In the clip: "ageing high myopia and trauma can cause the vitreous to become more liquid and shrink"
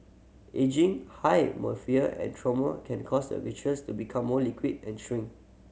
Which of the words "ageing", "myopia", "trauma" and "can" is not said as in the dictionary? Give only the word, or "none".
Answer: myopia